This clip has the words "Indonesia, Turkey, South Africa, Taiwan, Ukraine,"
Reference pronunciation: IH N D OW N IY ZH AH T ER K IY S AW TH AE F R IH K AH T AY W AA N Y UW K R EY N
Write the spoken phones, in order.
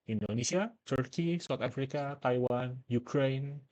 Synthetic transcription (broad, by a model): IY N D OW N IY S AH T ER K IY S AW T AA F R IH K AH T AY W AA N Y UW K R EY N